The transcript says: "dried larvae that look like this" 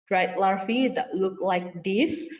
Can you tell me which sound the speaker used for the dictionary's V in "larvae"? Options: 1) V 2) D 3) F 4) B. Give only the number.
3